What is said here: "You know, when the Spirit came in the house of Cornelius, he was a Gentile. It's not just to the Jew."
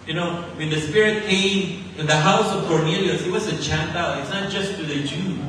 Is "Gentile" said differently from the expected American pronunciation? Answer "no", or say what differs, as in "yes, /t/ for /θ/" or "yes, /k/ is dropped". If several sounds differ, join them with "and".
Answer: yes, /tʃ/ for /dʒ/